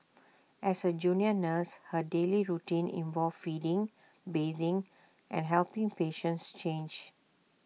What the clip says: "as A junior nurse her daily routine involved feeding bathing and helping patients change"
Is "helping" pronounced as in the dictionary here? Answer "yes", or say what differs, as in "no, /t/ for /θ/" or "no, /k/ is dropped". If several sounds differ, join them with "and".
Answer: yes